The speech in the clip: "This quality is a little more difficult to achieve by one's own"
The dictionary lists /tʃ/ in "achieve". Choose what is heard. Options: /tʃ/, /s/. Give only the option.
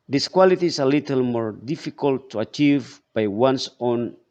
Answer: /tʃ/